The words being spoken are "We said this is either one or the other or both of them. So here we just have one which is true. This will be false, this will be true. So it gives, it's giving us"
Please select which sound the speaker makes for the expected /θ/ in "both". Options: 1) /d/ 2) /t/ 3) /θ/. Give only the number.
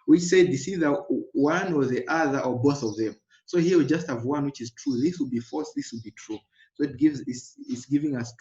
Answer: 3